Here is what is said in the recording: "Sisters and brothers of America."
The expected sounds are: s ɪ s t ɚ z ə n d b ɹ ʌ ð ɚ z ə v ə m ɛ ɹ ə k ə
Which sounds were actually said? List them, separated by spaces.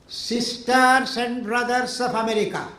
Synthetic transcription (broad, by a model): s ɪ s t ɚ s ə n d b ɹ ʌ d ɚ s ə p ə m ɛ ɹ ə k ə